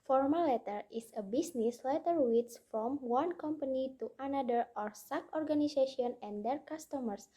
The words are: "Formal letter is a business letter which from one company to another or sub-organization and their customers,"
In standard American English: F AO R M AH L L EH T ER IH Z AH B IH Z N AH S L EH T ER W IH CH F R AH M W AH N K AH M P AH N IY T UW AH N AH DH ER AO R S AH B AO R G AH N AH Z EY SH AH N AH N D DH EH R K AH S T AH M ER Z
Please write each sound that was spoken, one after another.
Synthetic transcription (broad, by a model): F AO R M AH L L EH T ER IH S AH B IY S N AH S L EH T ER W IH S F R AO M W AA N K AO M P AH N IY T UW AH N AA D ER AO R S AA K AO R G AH N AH S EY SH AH N AH N D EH R K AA S T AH M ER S